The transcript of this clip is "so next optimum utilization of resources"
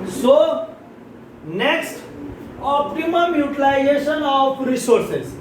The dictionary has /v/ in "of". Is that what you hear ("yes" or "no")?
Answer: no